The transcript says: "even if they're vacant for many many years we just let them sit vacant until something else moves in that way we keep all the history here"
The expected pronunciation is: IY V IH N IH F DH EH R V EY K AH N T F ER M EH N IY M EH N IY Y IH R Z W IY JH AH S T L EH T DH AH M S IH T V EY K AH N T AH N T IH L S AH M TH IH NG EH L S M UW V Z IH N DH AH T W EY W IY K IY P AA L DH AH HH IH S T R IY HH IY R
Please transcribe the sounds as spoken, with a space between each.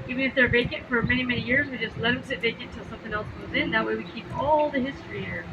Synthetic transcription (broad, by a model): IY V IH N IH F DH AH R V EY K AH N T F ER M EH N IY M EH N IY Y IH R Z W IY JH AH S T L EH T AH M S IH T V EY AH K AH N T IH L S AH M TH IH NG EH L S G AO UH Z IH N DH AH T W EY W IY K IY P AA L DH AH HH IH S T R IY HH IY R